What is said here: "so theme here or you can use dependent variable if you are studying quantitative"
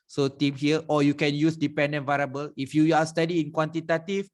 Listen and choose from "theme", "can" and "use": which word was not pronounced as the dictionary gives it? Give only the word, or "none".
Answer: theme